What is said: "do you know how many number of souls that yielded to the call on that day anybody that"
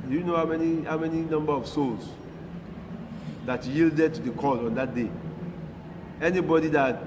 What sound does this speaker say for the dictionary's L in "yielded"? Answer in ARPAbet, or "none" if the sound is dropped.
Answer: L